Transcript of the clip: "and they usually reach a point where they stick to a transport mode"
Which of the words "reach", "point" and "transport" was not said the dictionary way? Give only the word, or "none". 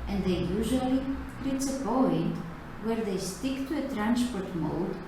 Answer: reach